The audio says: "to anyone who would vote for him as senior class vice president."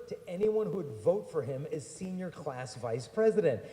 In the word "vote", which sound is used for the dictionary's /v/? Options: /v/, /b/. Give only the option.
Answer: /v/